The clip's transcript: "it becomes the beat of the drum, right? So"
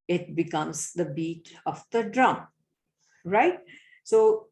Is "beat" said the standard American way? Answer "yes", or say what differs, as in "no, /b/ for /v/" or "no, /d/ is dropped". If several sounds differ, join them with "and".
yes